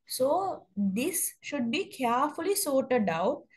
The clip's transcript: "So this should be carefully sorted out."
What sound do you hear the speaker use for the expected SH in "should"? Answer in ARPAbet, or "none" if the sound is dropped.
SH